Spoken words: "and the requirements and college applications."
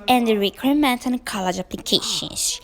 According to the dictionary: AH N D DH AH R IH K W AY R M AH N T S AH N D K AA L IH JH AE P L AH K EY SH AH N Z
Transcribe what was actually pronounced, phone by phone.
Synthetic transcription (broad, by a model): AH N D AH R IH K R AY M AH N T AH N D K AA L IH JH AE P L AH K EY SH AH N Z